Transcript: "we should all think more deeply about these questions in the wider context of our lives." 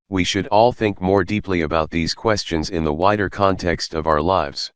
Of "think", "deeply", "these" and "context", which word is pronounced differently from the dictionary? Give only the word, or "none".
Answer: none